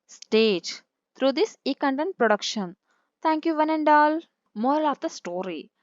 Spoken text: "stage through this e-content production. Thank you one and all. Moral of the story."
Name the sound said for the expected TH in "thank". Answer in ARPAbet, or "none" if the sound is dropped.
T